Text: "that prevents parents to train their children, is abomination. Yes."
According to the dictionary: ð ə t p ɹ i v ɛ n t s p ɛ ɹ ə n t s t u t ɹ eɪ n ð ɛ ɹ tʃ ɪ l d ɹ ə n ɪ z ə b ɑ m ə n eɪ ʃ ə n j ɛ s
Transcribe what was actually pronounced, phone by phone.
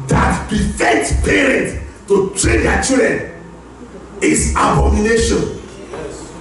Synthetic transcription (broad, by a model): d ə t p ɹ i f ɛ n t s p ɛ ɹ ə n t t u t ɹ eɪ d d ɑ tʃ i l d ɹ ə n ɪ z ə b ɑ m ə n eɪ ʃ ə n